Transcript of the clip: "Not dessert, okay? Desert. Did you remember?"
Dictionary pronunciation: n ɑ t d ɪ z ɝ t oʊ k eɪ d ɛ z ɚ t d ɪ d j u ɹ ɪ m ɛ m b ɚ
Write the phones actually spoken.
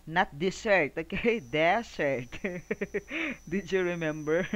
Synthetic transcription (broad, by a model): n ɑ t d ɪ s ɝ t oʊ k eɪ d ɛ s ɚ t d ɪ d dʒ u ɹ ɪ m ɛ m b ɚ